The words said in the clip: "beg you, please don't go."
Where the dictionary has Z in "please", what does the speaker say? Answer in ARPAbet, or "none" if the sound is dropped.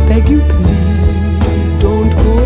none